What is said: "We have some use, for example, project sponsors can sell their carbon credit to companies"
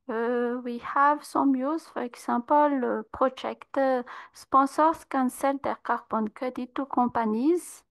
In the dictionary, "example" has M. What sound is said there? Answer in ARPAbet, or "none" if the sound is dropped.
none